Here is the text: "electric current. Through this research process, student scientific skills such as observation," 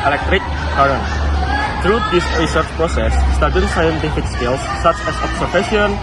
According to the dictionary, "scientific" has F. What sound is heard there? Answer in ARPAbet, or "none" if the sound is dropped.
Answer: F